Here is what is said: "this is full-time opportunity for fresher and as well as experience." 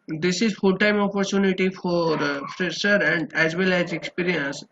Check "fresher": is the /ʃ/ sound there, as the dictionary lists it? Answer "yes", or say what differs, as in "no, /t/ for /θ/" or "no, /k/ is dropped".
no, /s/ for /ʃ/